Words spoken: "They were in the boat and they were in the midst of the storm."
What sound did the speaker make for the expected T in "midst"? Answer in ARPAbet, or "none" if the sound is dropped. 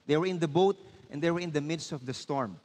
T